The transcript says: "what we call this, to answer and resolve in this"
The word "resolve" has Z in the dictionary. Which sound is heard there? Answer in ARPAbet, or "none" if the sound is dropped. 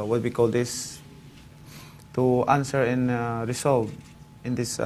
S